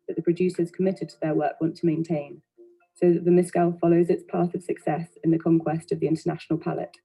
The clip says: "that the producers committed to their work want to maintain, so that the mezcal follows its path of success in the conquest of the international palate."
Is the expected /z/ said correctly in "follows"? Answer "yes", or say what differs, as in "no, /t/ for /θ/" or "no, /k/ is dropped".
yes